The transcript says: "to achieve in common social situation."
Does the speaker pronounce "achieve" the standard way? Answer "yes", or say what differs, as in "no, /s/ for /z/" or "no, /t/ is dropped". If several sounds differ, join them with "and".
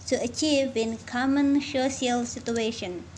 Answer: yes